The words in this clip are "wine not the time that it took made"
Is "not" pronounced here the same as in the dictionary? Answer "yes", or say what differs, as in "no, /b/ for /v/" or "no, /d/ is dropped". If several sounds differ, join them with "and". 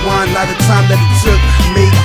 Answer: no, /l/ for /n/